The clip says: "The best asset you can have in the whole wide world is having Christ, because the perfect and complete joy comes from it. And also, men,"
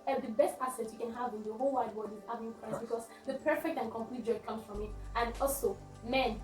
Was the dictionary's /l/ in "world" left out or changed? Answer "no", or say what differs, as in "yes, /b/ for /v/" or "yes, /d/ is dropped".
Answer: yes, /l/ is dropped